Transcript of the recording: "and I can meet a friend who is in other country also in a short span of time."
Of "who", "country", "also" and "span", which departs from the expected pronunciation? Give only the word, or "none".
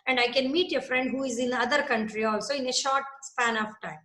none